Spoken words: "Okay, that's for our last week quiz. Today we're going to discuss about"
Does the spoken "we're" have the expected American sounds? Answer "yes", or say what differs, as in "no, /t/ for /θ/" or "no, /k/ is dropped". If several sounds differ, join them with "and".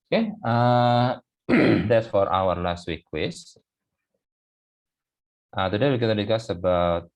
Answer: no, /l/ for /ɹ/